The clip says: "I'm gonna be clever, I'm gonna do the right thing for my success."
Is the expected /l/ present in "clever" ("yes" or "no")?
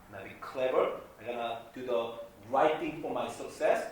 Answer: yes